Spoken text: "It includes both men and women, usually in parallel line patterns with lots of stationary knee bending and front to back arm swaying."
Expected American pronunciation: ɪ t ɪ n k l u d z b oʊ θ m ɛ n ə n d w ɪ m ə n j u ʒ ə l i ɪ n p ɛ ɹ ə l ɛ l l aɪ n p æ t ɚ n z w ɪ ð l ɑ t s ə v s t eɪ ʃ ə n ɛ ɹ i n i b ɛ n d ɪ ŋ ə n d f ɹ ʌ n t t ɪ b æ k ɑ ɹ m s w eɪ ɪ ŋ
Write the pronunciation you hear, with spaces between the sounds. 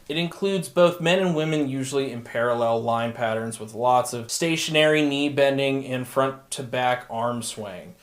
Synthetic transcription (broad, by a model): ɪ t ɪ n k l u d z b oʊ θ m ɛ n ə n w ɪ m ə n j u ʒ l i ɪ n p ɛ ɹ ə l ɛ l l aɪ n p æ t ɚ n z w ɪ ð l ɑ t s ə v s t eɪ ʃ ə n ɛ ɹ i n i b ɛ n d ɪ ŋ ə n f ɹ ʌ n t t ɪ b æ k ɑ ɹ m s w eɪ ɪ ŋ